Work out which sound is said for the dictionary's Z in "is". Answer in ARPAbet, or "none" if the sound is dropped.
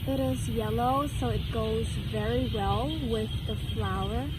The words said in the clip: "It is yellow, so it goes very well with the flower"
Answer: Z